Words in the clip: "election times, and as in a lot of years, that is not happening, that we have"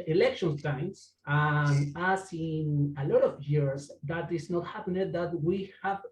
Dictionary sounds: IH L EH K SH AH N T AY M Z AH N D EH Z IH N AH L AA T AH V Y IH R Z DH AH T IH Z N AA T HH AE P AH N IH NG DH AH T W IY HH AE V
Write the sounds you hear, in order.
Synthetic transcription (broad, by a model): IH L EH K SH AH N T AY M S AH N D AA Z IH N AH L AA T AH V Y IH R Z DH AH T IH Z N AA T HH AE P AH N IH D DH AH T W IY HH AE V